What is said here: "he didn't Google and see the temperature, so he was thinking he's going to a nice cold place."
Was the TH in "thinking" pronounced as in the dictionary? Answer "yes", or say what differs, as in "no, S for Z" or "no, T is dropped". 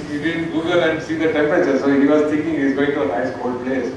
no, T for TH